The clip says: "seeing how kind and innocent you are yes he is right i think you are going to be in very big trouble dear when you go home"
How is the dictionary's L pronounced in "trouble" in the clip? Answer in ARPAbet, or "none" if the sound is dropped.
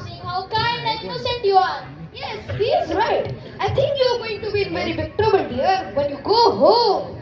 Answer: N